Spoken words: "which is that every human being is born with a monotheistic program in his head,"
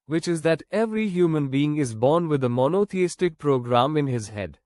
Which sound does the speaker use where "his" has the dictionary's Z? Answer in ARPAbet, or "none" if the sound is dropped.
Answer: Z